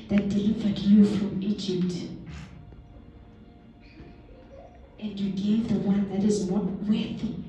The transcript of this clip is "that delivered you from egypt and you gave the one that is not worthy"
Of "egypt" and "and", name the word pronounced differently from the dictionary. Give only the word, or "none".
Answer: none